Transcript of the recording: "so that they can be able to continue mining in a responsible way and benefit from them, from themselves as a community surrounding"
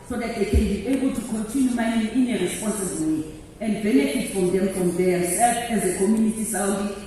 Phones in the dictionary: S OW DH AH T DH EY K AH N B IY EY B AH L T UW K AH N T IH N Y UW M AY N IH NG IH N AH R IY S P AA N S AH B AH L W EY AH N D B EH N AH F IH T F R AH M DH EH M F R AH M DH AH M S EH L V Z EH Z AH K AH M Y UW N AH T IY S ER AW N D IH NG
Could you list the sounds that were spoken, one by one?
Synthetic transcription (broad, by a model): S OW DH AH T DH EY K AH N B IY EY B AH L T UW K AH N T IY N Y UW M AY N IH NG IH N AH R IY S P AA N S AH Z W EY AH N D B EH N AH F IH T F R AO M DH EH M F R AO M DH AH S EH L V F EH Z AH K AH M Y UW N AH T IY S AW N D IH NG